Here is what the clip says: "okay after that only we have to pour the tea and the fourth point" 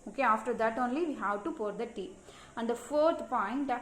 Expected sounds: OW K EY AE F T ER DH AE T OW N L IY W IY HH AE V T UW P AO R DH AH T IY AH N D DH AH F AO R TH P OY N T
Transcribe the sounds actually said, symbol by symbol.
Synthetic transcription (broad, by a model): OW K EY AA F T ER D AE T OW N L IY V IY HH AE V T UW P AO R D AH T IY AH N D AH F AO R T P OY N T